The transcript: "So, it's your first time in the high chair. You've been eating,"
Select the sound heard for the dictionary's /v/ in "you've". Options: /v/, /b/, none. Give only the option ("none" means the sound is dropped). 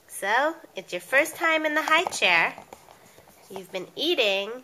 /v/